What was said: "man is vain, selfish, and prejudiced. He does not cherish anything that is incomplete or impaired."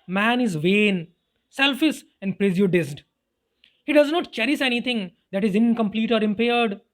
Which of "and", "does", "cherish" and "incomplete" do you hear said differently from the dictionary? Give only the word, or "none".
cherish